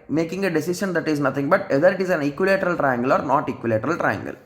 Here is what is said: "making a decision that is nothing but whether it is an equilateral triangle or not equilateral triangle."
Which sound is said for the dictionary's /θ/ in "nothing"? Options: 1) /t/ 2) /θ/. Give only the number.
1